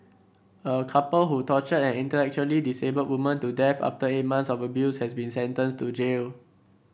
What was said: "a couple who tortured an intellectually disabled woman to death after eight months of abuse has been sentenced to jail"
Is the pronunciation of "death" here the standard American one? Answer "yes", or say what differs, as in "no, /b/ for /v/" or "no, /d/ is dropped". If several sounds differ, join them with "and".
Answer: no, /f/ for /θ/